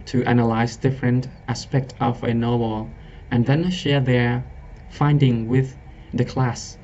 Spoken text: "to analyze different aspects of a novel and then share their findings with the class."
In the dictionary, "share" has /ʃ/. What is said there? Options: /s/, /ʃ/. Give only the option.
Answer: /ʃ/